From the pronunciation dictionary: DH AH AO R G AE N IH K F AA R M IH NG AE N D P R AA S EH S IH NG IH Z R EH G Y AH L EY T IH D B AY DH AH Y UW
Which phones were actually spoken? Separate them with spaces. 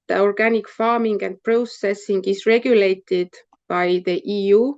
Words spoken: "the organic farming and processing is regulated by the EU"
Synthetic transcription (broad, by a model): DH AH AO R G AE N IH K F AA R M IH NG AE N D P R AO S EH S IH NG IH S R EH G Y AH L EY T IH D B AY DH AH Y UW